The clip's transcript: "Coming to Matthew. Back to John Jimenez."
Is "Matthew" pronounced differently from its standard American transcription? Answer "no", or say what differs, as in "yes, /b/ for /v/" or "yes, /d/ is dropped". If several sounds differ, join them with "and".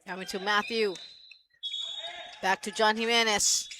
no